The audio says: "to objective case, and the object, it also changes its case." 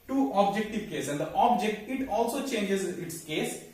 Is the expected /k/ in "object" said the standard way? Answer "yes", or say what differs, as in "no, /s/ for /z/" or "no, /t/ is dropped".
yes